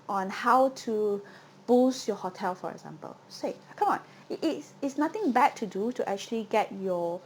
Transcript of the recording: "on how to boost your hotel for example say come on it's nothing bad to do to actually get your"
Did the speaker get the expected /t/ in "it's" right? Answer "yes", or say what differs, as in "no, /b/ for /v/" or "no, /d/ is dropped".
yes